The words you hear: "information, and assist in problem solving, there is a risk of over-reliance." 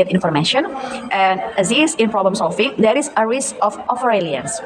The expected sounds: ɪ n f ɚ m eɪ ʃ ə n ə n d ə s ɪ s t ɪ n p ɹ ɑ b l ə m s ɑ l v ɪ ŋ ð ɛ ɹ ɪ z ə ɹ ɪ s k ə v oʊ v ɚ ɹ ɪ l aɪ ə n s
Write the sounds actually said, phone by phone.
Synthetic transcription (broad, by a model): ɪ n f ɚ m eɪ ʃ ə n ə n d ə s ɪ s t ɪ n p ɹ ɑ b l ə m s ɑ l f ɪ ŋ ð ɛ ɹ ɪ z ə ɹ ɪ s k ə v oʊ f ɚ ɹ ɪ l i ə n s